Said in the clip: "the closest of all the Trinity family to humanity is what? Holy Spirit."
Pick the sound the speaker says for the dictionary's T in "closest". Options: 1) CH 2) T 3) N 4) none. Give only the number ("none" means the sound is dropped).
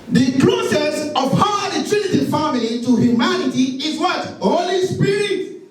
4